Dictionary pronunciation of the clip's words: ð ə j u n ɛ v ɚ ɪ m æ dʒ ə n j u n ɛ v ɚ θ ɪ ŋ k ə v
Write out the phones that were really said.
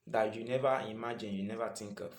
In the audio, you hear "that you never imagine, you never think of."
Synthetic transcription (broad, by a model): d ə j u n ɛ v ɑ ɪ m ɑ dʒ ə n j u n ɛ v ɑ t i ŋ k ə